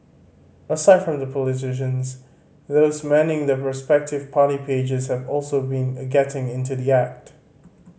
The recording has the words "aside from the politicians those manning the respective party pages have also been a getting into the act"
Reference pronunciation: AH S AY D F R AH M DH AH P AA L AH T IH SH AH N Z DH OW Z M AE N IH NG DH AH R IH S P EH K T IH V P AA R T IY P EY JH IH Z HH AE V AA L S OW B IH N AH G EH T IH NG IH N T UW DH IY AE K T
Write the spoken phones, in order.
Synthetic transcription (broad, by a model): AH S AY D F R AH M DH AH P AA L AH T IH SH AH N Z DH OW Z M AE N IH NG DH AH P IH S P EH K T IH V P AA R T IY P EY JH IH Z HH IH V AA L S OW B IH N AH G EH T IH NG IH N T UW DH IY AE K T